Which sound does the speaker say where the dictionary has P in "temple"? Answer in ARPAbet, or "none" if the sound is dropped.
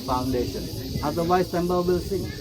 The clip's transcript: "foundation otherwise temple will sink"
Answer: B